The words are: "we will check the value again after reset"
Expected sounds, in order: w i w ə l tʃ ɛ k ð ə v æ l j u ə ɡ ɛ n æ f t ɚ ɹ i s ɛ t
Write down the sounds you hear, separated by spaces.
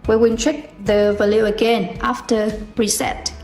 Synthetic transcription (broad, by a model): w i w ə n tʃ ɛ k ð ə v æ l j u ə ɡ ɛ n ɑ f t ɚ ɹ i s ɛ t